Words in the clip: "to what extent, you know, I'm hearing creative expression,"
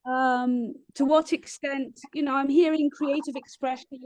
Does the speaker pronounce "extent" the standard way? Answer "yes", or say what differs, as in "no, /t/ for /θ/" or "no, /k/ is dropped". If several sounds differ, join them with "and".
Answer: yes